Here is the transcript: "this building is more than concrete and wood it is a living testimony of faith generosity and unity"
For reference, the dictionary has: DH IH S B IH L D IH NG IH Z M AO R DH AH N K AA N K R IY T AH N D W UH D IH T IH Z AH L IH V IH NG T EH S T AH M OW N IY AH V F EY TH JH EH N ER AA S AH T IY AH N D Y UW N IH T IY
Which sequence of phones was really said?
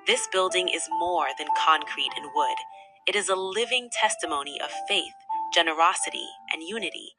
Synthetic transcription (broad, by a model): DH IH S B IH L D IH NG IH Z M AO R DH AH N K AA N K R IY T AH N W UH D IH T IH Z AH L IH V IH NG T EH S T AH M OW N IY AH V F EY TH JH EH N ER AA S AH T IY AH N Y UW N IH T IY